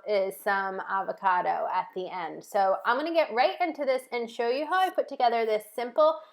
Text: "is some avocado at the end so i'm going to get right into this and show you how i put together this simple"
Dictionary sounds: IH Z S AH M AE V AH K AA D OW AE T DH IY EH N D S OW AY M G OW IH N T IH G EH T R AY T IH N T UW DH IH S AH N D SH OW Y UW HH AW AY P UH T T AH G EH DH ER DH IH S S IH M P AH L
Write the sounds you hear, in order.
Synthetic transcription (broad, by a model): IH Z S AH M AE V AH K AA D OW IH T DH IY EH N D S OW AY M G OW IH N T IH G EH T R AY T IH N T UW DH IH S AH N SH OW Y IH HH AW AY P UH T T AH G EH DH ER DH IH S S IH M P L